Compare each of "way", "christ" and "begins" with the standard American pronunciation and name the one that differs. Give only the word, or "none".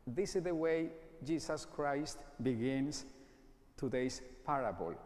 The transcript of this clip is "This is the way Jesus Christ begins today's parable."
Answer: begins